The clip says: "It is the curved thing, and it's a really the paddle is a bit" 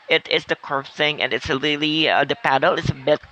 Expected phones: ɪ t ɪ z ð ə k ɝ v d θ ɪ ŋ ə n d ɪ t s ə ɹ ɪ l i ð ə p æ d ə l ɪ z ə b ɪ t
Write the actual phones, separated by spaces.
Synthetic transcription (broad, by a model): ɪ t ɪ s ð ə k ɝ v θ ɪ ŋ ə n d ɪ t s ə l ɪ l i ð ə p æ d l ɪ s ə b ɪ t